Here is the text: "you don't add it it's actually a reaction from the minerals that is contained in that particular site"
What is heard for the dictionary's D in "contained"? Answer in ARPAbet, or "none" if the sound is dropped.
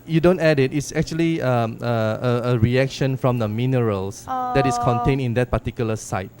none